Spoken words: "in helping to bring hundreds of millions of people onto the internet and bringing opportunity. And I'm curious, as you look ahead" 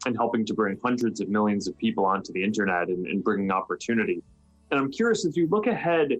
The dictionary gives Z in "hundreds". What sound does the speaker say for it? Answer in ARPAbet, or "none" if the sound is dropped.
Z